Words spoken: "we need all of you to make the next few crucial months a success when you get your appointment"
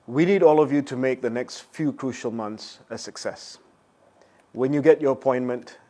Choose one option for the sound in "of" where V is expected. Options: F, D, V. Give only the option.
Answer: V